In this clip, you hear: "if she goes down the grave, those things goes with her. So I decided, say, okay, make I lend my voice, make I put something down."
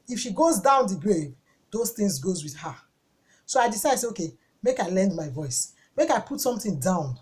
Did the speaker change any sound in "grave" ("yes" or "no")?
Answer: no